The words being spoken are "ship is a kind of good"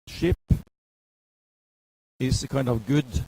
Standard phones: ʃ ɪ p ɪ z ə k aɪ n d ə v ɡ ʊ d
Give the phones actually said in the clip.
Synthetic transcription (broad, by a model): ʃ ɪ p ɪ s ə k aɪ n d ə v ɡ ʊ d